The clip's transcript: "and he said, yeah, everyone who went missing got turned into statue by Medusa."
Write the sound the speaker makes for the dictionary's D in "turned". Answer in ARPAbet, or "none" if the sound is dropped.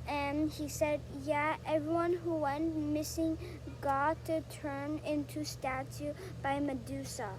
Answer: none